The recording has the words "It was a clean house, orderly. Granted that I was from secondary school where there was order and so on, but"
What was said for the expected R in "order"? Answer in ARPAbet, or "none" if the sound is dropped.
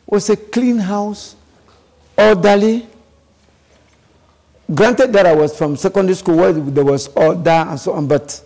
L